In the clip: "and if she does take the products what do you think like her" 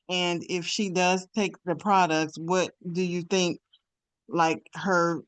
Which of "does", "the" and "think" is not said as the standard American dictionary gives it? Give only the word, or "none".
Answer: none